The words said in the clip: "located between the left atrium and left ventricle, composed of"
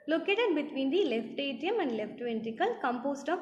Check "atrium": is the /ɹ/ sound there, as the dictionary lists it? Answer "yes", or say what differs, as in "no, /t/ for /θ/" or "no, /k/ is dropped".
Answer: no, /ɹ/ is dropped